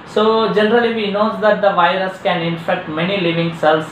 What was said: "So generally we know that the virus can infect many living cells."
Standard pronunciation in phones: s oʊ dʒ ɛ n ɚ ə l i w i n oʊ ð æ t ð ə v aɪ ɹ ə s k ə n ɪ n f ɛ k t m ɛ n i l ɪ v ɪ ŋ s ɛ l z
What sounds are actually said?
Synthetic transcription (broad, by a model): s oʊ dʒ ɛ n ɚ ə l i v i n oʊ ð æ t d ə v aɪ ɹ ə s k ə n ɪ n f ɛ k t m ɛ n i l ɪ v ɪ ŋ s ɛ l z